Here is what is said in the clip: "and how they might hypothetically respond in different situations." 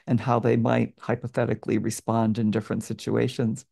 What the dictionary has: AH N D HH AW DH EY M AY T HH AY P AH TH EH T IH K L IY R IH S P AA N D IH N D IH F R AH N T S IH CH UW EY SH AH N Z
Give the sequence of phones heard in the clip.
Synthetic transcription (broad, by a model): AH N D HH AW DH EY M AY T HH AY P AH TH EH T IH K L IY R IH S P AA N D IH N D IH F R AH N T S IH CH UW EY SH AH N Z